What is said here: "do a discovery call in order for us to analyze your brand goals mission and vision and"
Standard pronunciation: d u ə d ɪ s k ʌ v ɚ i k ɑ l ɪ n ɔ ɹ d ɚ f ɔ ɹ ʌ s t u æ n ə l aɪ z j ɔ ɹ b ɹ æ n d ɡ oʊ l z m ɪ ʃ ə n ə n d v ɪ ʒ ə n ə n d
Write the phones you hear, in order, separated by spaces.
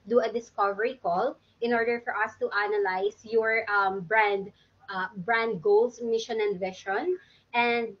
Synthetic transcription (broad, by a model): d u ə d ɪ s k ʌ v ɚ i k ɑ l ɪ n ɔ ɹ d ɚ f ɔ ɹ ʌ s t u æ n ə l aɪ s j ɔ ɹ b ɹ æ n d ɡ oʊ l s m ɪ ʃ ə n ə n d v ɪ ʃ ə n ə n d